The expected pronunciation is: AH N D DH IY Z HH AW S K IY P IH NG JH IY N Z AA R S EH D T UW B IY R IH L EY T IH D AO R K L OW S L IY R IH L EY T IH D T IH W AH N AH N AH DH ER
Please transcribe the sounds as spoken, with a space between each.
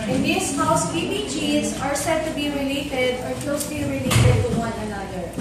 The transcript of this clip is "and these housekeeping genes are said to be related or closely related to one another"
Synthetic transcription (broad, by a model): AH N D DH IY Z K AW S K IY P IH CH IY Z AA R S EH D T UW B IY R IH L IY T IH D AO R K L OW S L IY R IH L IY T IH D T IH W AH N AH N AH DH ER